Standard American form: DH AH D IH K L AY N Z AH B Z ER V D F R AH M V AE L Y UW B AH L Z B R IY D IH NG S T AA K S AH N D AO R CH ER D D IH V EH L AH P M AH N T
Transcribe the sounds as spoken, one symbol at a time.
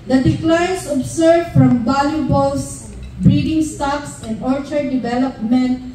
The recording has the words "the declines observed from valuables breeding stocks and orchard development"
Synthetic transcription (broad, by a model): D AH D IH K L AY N S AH B S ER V F R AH M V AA L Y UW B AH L S B R IY D IH NG S T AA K S AH N D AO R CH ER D D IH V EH L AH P M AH N T